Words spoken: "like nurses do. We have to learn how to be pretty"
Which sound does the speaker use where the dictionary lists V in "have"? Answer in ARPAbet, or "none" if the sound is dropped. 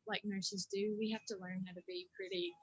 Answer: F